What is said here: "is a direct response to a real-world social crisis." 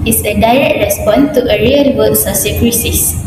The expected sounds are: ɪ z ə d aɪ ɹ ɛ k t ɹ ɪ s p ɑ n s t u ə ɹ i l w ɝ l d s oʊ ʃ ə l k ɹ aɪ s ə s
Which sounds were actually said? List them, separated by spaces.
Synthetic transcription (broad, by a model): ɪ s ə d aɪ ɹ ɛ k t ɹ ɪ s p ɑ n t u ə ɹ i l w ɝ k s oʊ s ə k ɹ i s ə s